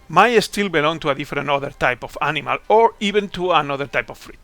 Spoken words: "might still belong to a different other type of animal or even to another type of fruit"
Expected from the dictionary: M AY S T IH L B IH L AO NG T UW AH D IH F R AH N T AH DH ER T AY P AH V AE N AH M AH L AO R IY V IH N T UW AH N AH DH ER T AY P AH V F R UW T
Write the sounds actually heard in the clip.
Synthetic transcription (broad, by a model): M AY S T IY L B IH L AO NG T UW AH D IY F R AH N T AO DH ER T AY P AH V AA N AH M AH L AO R IY B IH N T UW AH N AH DH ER T AY P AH F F R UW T